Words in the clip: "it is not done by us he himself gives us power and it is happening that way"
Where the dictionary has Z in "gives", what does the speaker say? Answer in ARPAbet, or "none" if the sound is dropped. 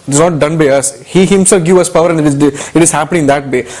none